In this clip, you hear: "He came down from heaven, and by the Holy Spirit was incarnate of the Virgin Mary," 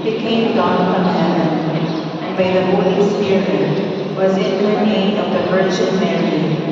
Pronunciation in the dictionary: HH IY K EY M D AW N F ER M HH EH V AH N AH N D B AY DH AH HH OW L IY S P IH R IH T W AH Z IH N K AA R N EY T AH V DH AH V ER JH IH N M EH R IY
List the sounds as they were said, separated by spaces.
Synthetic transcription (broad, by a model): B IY K EY M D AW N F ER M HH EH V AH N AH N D B AY DH AH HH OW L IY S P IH R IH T W AH Z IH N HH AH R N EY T AH V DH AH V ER CH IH L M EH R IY